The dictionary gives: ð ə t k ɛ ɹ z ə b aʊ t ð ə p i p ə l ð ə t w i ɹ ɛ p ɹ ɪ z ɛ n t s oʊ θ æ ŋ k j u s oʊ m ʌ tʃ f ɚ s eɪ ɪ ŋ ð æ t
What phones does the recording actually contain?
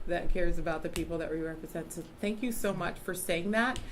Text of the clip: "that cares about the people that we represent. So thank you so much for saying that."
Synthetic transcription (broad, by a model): ð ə t k ɛ ɹ z ə b aʊ t ð ə p i p l ð ə t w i ɹ ɛ p ɹ ɪ z ɛ n t s oʊ θ æ ŋ k j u s oʊ m ʌ tʃ f ɚ s eɪ ɪ ŋ ð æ t